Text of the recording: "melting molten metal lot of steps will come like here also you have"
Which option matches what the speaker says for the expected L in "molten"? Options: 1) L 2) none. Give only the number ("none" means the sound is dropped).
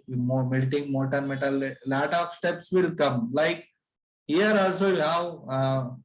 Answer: 2